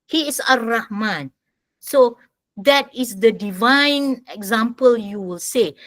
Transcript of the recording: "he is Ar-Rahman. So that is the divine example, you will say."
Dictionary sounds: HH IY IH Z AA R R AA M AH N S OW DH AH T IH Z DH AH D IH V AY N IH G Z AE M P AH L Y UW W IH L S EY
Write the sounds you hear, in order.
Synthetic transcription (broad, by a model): HH IY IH S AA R R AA M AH N S OW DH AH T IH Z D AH D IH V AY N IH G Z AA M P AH L Y UW W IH L S EY